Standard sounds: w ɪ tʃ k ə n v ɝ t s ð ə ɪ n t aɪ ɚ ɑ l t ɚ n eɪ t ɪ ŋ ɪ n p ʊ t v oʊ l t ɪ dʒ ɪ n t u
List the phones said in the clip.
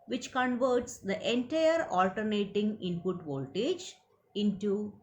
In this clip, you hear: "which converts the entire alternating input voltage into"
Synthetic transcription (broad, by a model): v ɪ tʃ k ə n v ɝ t s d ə ɪ n t aɪ ɚ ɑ l t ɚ n eɪ t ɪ ŋ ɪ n p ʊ t v oʊ l t ɪ dʒ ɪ n t u